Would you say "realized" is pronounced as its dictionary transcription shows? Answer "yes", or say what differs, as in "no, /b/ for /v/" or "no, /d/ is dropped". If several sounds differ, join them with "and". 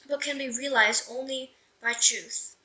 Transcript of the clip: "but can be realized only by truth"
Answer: yes